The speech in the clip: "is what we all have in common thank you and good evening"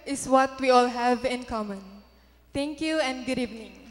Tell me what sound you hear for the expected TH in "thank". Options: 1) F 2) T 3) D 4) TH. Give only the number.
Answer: 2